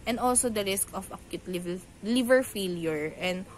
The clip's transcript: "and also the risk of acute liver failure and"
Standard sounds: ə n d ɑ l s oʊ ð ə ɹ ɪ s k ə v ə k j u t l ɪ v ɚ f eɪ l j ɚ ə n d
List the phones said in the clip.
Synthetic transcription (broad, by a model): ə n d ɑ l s oʊ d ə ɹ ɪ s k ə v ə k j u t l ɪ v ɚ f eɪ l j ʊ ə n d